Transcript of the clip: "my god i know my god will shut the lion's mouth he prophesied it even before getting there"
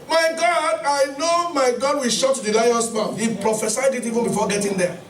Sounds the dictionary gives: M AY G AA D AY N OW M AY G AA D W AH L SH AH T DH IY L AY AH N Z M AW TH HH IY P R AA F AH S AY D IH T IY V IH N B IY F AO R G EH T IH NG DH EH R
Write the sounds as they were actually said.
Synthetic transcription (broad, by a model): M AY G AA D AY N OW M AY G AA D W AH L SH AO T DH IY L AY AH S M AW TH HH IY P R AA F AH S AY D IH T IY V IH N B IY F AO G EH T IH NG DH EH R